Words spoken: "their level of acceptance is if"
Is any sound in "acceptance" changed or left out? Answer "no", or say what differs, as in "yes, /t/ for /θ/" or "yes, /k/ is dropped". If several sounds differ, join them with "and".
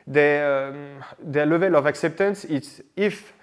no